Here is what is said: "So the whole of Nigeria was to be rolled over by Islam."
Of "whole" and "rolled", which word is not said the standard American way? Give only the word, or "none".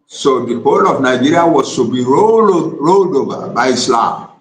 none